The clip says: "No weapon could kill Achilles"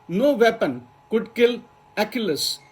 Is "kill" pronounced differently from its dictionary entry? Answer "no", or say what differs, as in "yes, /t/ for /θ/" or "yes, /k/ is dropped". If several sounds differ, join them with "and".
no